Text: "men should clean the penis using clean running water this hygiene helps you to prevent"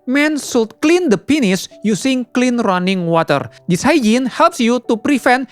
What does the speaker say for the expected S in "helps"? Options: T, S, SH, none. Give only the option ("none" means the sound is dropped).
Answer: S